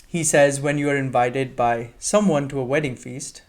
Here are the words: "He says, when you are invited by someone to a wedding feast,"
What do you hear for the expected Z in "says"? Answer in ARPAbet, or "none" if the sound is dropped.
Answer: Z